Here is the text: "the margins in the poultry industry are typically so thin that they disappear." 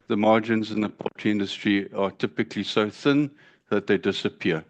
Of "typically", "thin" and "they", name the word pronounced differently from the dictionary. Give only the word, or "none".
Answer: none